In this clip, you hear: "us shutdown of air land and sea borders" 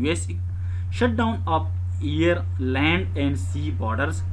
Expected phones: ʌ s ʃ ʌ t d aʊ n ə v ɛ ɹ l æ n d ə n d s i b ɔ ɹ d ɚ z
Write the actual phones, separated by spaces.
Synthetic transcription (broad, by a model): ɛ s ʃ ʌ t d aʊ n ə p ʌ ɹ l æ n d ə n d s i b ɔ ɹ d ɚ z